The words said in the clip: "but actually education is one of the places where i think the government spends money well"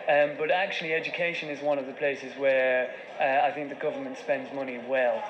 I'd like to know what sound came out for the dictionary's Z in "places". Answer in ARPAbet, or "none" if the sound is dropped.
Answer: Z